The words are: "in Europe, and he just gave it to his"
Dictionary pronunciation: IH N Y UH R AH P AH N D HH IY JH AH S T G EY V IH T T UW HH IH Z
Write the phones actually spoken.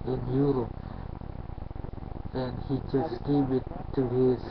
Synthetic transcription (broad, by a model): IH N Y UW R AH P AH N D HH IY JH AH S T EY B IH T T UW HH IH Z